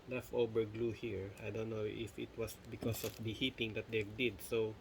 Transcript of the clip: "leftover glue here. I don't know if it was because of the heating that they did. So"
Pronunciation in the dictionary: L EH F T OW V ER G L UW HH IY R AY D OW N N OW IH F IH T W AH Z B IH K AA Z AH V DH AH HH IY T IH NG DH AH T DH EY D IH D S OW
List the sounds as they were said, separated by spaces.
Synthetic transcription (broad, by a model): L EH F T OW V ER G L UW HH IY R AY D OW N N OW IH F IH T W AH S B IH K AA S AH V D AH HH IY T IH NG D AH T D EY D IH D S OW